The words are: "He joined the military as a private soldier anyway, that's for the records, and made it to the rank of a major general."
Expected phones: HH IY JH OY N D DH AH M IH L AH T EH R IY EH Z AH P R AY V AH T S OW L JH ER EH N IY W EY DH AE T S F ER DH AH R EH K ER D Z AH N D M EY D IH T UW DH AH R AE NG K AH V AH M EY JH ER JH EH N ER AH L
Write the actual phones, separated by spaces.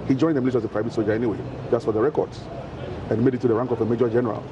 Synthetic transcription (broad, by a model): HH IY JH OY N D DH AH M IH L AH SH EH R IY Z AH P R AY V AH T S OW JH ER EH N IY W EY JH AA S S F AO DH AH R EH K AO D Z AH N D M EY D IH T UW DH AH R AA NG K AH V AH M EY JH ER JH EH N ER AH L